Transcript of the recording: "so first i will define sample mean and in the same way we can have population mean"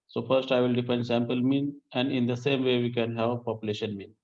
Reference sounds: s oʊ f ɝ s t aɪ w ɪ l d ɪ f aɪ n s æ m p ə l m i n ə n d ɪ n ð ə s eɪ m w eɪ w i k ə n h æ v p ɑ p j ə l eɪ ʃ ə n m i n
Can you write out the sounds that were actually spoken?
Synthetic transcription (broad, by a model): s oʊ f ɝ s t aɪ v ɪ l d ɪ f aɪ n s æ m p ə l m i n ə n d ɪ n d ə s eɪ m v eɪ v i k ə n h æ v p ɑ p j ə l eɪ ʃ ə n m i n